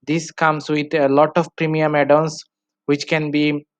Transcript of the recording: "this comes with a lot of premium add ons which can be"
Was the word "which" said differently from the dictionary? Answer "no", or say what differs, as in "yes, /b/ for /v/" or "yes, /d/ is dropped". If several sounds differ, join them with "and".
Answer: no